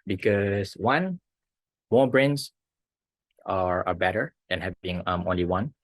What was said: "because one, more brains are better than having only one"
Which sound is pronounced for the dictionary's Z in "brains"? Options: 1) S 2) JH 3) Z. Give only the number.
1